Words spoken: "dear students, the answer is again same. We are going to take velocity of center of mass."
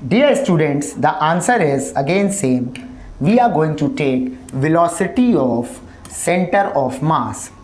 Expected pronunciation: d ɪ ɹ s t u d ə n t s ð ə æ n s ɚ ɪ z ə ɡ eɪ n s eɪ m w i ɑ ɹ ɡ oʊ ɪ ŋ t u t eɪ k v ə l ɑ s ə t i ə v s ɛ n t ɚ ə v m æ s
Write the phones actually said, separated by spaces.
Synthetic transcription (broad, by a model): d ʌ ɹ s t u d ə n t s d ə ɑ n s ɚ ɪ z ə ɡ eɪ n s eɪ m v i ɑ ɹ ɡ oʊ ɪ ŋ t u t eɪ k v ə l ɑ s ə t i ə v s ɛ n t ɚ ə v m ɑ s